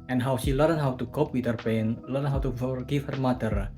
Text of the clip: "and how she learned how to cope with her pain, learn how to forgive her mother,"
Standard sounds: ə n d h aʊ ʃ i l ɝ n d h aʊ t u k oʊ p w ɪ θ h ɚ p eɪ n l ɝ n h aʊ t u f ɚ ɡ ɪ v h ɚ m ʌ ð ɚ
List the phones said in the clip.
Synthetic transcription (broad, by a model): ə n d h aʊ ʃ i l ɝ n h aʊ t u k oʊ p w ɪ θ h ɚ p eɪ n l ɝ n h aʊ t u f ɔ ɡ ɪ f h ɚ m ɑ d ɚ